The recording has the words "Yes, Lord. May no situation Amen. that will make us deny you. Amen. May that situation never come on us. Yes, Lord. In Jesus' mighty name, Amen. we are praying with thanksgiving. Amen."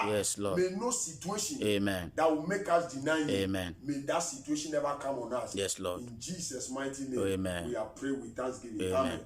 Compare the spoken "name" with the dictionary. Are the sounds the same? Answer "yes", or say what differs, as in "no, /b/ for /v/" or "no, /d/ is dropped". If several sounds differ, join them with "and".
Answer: no, /m/ is dropped